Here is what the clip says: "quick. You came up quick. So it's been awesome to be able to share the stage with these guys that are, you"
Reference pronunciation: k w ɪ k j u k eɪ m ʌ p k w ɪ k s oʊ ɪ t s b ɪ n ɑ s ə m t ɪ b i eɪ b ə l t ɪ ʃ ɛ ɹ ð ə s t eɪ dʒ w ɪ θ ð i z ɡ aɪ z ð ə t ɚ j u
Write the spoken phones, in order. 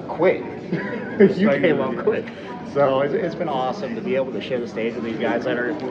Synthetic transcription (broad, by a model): k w ɪ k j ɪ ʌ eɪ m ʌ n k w ɪ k s oʊ ɪ t s b ɪ n ɑ s ə m t ɪ b i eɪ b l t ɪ ʃ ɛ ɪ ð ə s t eɪ dʒ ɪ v ð i z ɡ aɪ z ð ə t ɚ